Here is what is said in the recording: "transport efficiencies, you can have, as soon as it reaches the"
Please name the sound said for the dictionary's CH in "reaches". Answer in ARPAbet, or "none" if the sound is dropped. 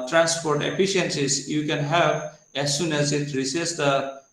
S